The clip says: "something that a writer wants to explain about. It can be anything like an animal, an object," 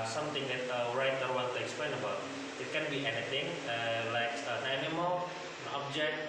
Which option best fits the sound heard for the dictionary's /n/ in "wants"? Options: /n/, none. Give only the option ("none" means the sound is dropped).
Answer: none